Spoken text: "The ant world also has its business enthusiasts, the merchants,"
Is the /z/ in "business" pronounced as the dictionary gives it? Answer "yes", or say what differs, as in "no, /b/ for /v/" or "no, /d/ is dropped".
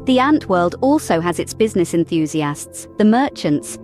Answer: yes